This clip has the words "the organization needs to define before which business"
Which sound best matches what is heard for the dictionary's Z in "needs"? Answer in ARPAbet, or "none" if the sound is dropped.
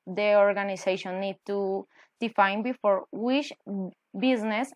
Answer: none